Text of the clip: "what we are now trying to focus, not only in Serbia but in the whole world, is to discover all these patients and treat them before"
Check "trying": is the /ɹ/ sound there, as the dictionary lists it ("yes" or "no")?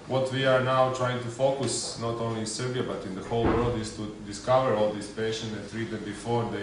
yes